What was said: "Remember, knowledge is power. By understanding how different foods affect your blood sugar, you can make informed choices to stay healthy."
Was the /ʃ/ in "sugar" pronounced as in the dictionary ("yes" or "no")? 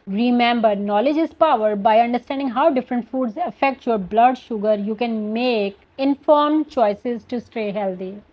yes